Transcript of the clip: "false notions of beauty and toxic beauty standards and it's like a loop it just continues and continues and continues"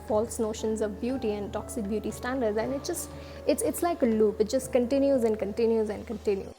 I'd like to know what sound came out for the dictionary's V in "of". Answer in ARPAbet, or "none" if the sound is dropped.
V